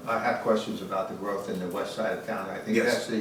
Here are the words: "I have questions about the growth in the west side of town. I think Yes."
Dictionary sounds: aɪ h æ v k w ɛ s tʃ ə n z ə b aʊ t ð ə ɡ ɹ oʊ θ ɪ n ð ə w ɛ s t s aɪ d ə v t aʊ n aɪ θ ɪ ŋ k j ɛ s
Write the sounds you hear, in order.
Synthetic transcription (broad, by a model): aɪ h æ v k w ɛ s tʃ ə n z ə b aʊ t ð ə ɡ ɹ oʊ θ ɪ n ð ə w ɛ s t s aɪ d ə v t aʊ n aɪ θ ɪ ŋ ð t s